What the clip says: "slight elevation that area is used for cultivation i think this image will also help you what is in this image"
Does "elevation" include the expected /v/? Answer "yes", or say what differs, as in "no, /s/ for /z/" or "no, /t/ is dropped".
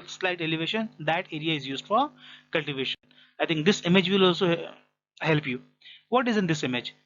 yes